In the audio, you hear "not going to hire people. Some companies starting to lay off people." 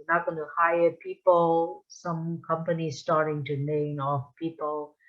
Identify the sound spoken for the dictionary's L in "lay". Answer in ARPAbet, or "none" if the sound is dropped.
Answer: N